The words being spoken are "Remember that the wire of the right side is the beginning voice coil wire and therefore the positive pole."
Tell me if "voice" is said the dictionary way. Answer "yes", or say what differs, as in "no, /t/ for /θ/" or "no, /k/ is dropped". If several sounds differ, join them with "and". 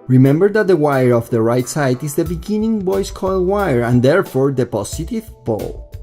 no, /b/ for /v/